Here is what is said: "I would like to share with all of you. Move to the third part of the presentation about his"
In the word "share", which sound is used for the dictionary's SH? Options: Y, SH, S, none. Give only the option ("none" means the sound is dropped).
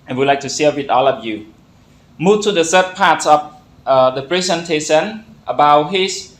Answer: S